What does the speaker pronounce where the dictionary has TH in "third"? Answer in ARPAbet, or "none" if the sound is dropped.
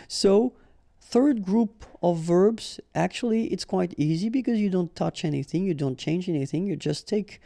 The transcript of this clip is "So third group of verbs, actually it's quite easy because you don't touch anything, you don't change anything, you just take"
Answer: TH